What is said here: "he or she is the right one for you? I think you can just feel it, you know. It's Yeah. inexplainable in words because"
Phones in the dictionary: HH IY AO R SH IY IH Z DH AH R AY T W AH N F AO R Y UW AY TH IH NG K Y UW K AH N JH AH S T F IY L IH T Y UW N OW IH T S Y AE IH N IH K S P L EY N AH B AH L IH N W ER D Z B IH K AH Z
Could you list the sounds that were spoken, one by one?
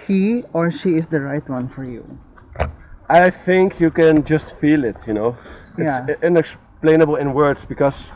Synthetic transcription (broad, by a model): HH IY AO R SH IY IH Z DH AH R AY T W AH N F AO R Y UW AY TH IH NG K Y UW K AH N JH AH S T F IY L IH T Y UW N OW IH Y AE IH N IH K S P L EY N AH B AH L IH N W ER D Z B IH K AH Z